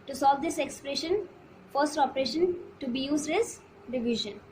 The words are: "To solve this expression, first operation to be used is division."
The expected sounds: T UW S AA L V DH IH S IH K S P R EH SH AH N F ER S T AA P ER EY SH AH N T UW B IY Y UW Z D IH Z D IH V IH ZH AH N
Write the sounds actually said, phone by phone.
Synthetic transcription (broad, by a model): T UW S AA L V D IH S IH K S P R EH SH AH N F ER S T AA P ER EY SH AH N T UW B IY Y UW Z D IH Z D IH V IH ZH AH N